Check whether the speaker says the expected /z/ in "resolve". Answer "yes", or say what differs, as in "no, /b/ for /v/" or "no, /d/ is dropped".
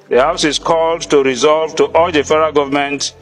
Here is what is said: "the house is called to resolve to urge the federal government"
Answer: yes